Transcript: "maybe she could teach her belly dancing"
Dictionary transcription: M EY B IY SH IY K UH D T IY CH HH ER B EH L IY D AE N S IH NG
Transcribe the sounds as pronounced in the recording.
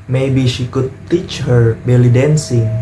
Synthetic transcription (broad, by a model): M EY B IY SH IY K UH D T IY CH HH ER B EH L IY D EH N S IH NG